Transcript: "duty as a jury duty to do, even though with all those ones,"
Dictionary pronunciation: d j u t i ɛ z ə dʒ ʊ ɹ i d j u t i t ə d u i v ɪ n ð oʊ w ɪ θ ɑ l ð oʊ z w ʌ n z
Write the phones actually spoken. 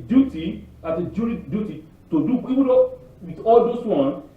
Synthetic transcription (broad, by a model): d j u t i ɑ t ə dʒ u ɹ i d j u t i t ə d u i w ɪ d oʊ w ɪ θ ɑ l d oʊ s w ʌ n